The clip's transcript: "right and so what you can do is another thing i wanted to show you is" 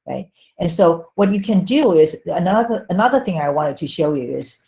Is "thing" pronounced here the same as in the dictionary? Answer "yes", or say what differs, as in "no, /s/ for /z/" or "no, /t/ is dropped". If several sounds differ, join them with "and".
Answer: yes